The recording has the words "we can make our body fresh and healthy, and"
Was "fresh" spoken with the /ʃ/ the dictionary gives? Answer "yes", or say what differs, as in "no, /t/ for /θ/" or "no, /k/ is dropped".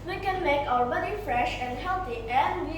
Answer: yes